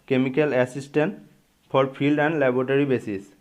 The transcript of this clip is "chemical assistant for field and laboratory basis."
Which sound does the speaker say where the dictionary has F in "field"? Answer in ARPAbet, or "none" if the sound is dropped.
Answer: P